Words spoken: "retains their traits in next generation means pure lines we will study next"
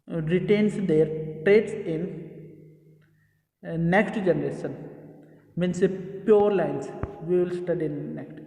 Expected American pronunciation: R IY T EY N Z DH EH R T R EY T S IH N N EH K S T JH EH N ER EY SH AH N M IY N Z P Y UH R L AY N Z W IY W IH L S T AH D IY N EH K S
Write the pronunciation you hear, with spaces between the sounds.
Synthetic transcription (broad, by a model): R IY T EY N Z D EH R T R EY T S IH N N EH K S T JH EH N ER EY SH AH N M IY N S P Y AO R L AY N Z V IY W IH L S T AH D IY N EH K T